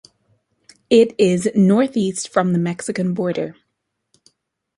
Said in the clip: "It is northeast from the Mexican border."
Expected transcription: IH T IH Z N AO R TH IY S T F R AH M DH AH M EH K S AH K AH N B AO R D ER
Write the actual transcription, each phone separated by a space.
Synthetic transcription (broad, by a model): IH T IH Z N AO R TH IY S T F R AH M DH AH M EH K S AH K AH N B AO R D ER